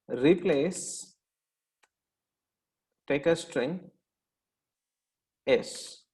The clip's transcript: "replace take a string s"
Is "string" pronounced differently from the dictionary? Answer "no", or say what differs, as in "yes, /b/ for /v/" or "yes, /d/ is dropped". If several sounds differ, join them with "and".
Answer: no